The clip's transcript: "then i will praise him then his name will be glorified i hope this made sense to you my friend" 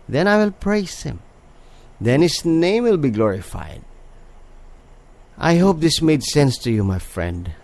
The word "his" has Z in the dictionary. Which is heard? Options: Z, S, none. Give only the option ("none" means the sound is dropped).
S